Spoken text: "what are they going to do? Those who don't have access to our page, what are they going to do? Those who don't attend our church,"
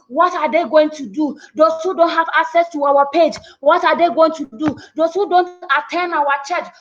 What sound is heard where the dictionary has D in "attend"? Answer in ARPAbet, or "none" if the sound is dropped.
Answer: none